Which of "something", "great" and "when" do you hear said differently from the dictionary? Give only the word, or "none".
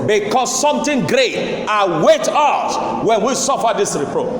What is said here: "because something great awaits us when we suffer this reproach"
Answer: something